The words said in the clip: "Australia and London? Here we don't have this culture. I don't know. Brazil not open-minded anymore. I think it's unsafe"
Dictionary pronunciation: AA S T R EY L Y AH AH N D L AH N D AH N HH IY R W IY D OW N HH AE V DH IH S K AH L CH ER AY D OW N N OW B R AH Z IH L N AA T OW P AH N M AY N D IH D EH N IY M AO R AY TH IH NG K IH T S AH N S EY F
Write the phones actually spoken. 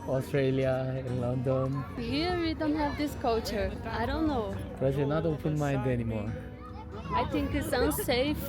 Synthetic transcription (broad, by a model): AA S T R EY L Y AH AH N L AH N D AH N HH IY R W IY D OW N HH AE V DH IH S K AH L CH ER AY D OW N N OW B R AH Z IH N AA T OW P AH N M AY N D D EH N IY M AO R AY T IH NG K IH T S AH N S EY F